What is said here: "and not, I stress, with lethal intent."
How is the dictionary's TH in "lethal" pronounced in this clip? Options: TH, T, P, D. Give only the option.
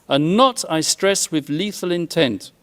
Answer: TH